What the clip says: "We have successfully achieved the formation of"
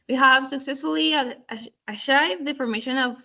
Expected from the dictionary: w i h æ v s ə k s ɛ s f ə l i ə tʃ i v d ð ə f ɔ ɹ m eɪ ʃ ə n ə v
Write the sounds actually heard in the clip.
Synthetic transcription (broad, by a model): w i h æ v s ə k s ɛ s f ə l i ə ʃ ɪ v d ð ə f ɔ ɹ m eɪ ʃ ə n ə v